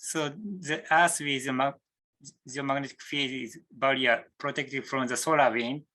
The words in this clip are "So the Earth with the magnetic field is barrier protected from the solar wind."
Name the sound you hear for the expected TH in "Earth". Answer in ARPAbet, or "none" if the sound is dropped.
S